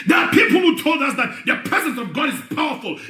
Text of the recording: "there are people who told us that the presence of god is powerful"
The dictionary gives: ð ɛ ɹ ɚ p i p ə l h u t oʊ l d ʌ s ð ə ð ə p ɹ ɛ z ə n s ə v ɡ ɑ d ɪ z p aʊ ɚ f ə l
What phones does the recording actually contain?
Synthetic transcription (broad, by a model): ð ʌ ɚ p i p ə l h u t oʊ l d ʌ s ð ə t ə p ɹ ɛ z ə n s ə v ɡ ɑ d ɪ z p aʊ ɚ f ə l